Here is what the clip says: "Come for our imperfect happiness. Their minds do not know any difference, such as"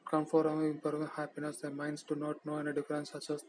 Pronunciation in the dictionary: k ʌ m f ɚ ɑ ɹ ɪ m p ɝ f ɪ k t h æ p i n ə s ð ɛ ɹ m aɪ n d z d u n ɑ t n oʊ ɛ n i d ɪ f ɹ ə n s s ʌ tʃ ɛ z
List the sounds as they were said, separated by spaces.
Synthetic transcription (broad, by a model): k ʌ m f ɑ ɹ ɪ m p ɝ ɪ t h æ p i n ə s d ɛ m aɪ n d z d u n ɑ t n oʊ ɛ n i d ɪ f ɹ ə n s s ʌ tʃ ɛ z